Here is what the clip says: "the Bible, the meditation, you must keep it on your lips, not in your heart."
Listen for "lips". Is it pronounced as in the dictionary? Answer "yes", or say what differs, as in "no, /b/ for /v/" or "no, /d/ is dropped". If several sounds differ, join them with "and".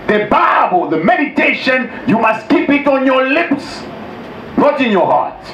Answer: yes